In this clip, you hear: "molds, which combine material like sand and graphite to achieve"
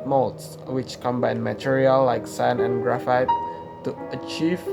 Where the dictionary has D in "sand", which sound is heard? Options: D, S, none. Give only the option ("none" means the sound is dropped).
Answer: none